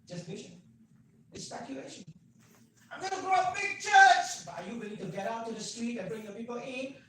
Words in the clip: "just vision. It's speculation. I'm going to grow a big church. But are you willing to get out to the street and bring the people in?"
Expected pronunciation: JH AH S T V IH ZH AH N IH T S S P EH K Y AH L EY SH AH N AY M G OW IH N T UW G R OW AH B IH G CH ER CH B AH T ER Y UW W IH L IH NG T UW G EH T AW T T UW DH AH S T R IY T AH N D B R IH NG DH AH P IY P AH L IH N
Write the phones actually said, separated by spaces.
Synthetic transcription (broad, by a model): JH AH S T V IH SH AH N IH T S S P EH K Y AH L EY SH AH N AY M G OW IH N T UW G R OW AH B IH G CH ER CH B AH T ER Y UW W IH L IH NG T UW G EH T AW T T UW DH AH S T R IY T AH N B R IH NG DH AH P IY P AH L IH N